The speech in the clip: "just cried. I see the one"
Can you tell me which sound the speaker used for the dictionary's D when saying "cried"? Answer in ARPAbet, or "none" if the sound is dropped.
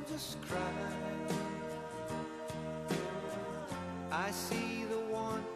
none